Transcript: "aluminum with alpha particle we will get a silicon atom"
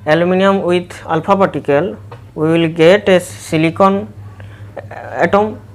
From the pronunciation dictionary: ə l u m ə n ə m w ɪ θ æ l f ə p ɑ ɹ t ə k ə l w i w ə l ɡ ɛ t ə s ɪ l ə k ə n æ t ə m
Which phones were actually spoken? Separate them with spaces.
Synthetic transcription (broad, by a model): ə l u m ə n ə m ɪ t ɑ l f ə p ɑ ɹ t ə k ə l w i w ə l ɡ ɛ t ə s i l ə k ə n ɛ t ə m